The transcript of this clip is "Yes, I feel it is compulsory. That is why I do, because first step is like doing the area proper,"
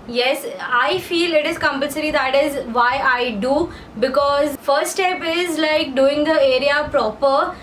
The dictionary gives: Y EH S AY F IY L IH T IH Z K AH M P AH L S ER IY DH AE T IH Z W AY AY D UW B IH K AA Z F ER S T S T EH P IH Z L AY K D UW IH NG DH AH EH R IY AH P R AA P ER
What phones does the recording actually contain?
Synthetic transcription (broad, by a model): Y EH S AY F IY L IH T IH Z K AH M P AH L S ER IY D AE T IH Z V AY AY D UW B IH K AA Z F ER T S T EH P IH Z L AY K D UW IH NG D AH EH R IY AH P R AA P ER